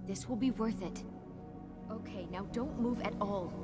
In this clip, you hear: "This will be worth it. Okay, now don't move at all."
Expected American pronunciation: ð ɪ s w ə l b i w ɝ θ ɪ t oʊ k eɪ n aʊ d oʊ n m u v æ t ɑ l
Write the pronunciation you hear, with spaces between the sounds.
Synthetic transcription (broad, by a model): ð ɪ s w ə l b i w ɝ θ ɪ t oʊ k eɪ n aʊ d oʊ n m u v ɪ t ɑ l